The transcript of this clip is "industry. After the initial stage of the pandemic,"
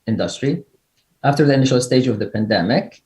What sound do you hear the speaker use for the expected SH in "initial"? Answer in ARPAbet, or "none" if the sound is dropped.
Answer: SH